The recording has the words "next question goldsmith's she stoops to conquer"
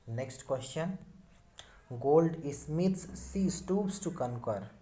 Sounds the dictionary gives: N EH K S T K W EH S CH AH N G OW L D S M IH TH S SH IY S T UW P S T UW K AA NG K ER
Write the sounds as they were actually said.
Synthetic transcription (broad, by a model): N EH K S T K W EH S CH AH N G OW L D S M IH T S S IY S T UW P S T UW K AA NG K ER